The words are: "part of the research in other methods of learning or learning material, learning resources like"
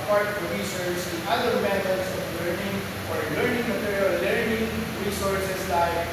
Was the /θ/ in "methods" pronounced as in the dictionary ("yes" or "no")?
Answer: no